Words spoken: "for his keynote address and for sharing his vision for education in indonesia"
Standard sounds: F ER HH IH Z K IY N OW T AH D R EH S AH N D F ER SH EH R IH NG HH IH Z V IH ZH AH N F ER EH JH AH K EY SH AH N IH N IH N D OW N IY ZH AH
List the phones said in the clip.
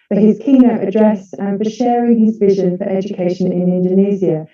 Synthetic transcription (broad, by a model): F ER HH IH Z K IY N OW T AH D R EH S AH N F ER SH EH R IH NG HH IH Z V IH ZH AH N F ER EH JH AH K EY SH AH N IH N IH N D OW N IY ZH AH